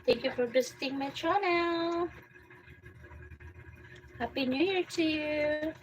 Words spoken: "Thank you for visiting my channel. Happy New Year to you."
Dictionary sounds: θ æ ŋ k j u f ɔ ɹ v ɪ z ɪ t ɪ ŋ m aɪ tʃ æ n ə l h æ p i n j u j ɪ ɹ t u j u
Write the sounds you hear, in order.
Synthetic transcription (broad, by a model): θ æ ŋ k j u f ɔ ɹ b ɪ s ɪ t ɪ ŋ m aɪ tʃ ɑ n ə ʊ h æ p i n j u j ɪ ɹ t u j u